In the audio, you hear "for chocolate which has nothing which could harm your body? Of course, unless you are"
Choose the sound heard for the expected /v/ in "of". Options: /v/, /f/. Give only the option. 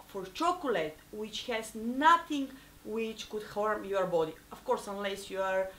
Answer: /f/